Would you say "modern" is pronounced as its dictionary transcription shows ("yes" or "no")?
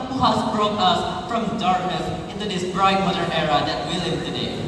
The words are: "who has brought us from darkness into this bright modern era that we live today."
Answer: no